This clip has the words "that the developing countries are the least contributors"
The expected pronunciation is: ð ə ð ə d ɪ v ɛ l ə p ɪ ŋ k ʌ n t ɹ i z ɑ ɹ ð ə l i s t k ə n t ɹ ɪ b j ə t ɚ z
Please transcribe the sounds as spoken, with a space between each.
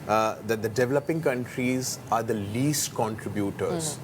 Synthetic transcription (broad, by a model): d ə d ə d ɪ v ɛ l ə p ɪ ŋ k ʌ n t ɹ i z ɑ ɹ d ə l i s t k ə n t ɹ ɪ b j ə t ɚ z